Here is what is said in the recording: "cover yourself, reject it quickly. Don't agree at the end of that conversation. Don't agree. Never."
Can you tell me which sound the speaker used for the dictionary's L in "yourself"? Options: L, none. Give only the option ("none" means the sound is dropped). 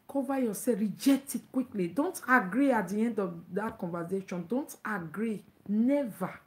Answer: none